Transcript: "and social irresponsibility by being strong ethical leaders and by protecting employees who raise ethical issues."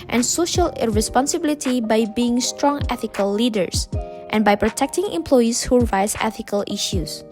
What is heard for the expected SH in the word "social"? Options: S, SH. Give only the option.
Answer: SH